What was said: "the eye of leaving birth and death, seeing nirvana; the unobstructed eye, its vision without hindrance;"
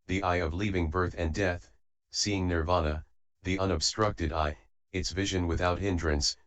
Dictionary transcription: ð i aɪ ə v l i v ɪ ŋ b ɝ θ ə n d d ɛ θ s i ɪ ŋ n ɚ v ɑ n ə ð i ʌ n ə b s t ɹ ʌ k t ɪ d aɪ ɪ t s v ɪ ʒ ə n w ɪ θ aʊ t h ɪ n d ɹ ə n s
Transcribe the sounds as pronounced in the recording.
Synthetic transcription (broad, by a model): ð i aɪ ə v l i v ɪ ŋ b ɝ θ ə n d d ɛ θ s i ɪ ŋ n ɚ v ɑ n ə ð i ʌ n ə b s t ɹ ʌ k t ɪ d aɪ ɪ t s v ɪ ʒ ə n w ɪ θ aʊ t h ɪ n d ɹ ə n s